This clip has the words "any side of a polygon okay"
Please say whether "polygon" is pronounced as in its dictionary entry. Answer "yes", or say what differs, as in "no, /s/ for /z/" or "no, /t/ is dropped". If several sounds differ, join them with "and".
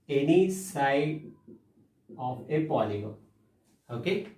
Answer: no, /n/ is dropped